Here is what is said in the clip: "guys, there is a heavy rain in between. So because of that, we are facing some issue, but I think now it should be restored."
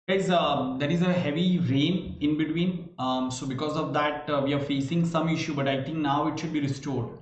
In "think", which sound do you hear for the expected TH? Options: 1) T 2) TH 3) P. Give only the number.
1